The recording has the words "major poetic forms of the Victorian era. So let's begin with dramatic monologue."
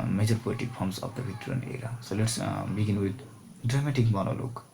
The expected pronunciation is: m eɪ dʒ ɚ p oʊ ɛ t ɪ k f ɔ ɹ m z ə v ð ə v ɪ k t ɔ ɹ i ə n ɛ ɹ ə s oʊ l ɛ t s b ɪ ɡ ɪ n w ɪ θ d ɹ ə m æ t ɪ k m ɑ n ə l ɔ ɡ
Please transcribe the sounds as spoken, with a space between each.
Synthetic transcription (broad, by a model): m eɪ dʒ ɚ p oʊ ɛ t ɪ k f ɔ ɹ m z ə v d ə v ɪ t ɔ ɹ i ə n ɛ ɹ ə s oʊ l ɛ t s b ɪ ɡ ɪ n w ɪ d d ɹ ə m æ t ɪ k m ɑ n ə l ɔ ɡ